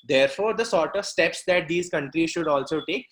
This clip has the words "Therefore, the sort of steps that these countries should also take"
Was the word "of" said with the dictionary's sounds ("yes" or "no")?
yes